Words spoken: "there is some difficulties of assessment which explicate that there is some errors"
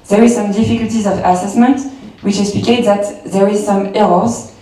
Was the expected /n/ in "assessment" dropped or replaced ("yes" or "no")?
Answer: no